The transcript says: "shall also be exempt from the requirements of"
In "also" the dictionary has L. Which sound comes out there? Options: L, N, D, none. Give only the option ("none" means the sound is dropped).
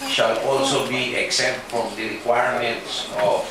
L